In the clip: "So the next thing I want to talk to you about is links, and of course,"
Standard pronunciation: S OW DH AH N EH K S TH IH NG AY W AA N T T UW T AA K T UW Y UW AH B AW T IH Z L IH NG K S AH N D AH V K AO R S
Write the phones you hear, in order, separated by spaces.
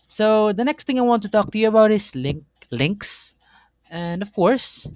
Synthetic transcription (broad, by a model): S OW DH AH N EH K S T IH NG AY W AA N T T UW T AA K T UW Y UW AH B AW T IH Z L IH NG K S AH N D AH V K AO R S